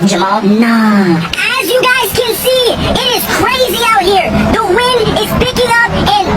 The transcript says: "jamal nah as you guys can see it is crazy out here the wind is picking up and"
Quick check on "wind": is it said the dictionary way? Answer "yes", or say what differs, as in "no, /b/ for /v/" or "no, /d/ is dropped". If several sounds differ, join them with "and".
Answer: yes